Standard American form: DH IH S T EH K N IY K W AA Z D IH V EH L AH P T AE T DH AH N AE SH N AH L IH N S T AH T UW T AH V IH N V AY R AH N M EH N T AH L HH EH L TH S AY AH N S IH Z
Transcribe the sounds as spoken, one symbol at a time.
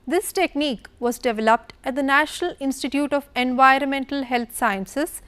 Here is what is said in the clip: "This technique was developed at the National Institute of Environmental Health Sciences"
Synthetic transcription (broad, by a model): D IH S T EH K N IY K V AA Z D IH V EH L AH P T AE T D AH N AE SH N AH L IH N S T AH T UW T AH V IH N V AY R AH N M EH N T AH L HH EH L T S AY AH N S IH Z